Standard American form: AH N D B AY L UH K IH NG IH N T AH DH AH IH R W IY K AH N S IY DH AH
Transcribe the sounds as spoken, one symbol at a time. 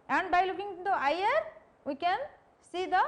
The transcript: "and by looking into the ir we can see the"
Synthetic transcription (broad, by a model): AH N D B AY L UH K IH NG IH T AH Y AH R W IY K AH N S IY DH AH